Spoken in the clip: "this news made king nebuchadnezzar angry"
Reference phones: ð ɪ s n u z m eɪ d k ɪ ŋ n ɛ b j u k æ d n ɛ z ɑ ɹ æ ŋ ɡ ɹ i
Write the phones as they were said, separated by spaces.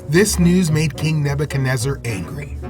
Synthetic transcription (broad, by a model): ð ɪ s n u z m eɪ d k ɪ ŋ n ɛ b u k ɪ n ɛ z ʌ ɹ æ ŋ ɡ ɹ i